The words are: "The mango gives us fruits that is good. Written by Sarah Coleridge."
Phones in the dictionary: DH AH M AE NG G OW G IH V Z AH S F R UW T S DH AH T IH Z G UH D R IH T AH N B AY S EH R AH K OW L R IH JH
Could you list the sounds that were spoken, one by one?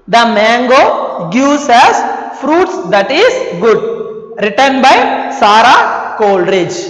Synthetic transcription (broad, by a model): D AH M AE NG G OW G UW Z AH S F R UW T S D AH T IH Z G UH D R IH T AH N B AY S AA R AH K OW L R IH JH